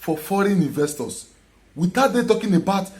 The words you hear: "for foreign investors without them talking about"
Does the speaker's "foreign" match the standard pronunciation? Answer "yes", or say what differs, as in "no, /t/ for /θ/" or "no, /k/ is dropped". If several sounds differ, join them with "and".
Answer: yes